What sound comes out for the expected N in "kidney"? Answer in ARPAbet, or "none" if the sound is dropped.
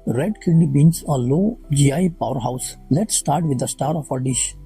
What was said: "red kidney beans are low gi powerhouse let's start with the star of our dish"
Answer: none